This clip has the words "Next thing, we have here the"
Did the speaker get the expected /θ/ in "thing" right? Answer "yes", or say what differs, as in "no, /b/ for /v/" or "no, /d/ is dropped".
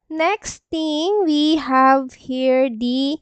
no, /t/ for /θ/